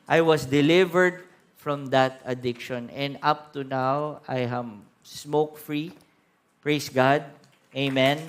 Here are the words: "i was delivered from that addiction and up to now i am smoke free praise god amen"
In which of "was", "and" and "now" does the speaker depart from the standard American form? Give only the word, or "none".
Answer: was